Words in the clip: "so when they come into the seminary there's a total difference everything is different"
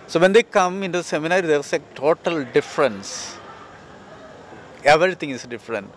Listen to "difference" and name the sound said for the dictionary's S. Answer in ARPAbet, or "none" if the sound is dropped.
S